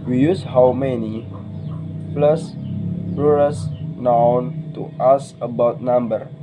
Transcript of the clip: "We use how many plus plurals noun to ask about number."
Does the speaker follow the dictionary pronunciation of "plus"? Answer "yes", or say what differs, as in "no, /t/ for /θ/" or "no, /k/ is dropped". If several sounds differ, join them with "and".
yes